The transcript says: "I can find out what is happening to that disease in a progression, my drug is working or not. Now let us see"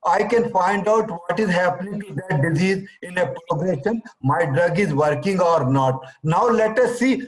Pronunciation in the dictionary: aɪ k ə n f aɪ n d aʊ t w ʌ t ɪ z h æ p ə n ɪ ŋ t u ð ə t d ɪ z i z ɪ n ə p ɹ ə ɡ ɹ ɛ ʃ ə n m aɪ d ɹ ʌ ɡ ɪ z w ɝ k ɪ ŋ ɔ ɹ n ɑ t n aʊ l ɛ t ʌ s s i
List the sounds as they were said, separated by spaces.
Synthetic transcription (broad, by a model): aɪ k ə n f aɪ n d aʊ t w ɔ t ɪ z h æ p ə n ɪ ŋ t u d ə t d ɪ z i z ɪ n ə p ɹ ə ɡ ɹ ɛ ʃ ə n m aɪ d ɹ ʌ ɡ ɪ z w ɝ k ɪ ŋ ɔ ɹ n ɑ t n aʊ l ɛ t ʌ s s i